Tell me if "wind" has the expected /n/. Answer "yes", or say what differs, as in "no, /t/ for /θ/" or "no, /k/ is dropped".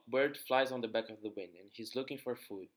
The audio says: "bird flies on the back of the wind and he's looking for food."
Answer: yes